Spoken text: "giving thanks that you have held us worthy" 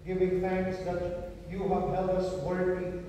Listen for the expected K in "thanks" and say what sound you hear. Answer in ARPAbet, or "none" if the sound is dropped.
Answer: K